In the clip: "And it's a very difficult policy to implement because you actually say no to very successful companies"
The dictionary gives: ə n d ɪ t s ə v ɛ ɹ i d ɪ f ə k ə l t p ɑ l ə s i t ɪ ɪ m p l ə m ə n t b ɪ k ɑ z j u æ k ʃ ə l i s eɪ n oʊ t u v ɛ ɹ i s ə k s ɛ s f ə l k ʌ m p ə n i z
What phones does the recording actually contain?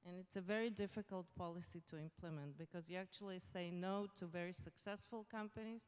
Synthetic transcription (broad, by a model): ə n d ɪ t s ə v ɛ ɹ i d ɪ f ə k ə l t p ɑ l ə s i t ɪ ɪ m p l ə m ə n t b ɪ k ɑ z j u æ k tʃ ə l i s eɪ n oʊ t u v ɛ ɹ i s ə k s ɛ s f ə l k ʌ m p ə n i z